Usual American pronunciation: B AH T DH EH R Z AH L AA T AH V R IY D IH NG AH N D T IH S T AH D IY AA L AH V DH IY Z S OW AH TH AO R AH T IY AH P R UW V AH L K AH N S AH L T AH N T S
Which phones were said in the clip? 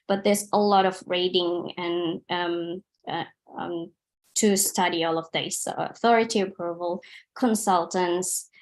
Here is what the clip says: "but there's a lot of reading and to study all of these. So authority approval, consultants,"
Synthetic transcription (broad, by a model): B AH T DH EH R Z AH L AA T AH V R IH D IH NG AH N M T IH S T AH D IY AA L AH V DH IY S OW AH TH AO R AH T IY AH P R UW V AH L K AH N S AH L T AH N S